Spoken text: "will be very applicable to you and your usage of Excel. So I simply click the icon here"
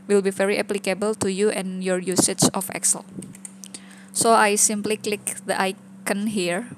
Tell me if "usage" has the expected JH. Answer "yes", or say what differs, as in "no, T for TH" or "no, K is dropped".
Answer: no, CH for JH